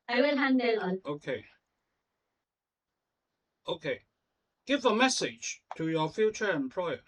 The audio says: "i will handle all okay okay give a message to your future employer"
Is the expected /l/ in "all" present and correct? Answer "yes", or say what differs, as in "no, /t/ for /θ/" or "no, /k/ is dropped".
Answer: no, /n/ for /l/